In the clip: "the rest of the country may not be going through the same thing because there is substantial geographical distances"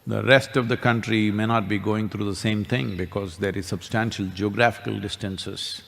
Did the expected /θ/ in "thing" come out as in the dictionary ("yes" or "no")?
no